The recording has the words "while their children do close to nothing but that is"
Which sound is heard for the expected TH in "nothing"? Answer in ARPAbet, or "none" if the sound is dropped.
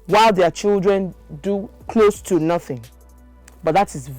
TH